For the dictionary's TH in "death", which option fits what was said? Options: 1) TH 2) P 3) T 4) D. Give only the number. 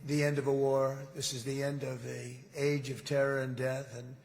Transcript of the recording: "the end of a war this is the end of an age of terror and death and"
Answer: 1